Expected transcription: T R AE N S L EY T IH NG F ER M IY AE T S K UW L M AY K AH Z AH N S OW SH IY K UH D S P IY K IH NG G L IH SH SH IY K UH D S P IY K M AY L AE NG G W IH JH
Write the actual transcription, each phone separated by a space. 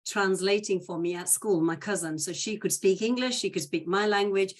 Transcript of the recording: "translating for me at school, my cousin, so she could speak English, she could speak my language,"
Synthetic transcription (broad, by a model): T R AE N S L EY T IH NG F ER M IY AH T S K UW L M AY K AH Z AH N S OW SH IY K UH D S P IY K IH NG G L IH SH SH IY K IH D S P IY K M AY L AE NG G W IH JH